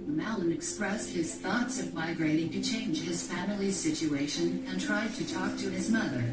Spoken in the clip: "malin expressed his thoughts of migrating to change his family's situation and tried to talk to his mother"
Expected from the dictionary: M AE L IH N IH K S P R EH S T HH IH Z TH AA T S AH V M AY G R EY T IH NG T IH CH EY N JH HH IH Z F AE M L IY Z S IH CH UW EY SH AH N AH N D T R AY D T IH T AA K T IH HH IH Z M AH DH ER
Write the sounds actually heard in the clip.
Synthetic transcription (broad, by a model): M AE L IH N IH K S P R EH S T HH IH Z TH AA T S AH V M AY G R EY T IH NG T IH CH EY N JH IH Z F AE M L IY Z S IH CH UW EY SH AH N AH N T R AY D T IH T AA K T IH IH Z M AH DH ER